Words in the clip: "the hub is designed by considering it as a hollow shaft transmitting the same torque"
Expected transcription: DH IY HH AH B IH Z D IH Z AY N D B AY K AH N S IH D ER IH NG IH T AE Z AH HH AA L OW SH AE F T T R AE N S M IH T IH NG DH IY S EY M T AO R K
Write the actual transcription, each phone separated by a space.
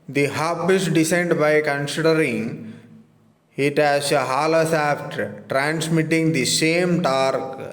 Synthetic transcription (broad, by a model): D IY HH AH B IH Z D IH S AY N D B AY K AH N S IH D ER IH NG IH T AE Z AH HH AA L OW S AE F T T R AE N S M IH T IH NG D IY S EY M T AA R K